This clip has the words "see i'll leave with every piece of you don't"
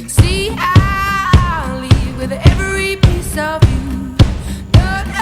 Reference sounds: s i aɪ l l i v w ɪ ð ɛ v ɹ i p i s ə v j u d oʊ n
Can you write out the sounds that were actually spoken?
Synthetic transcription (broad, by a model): s i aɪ n l i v w ɪ ð ɛ v ɹ i p i s ə v j u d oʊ